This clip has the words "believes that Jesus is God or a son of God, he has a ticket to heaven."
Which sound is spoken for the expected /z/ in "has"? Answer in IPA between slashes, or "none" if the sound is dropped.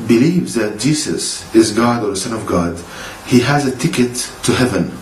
/z/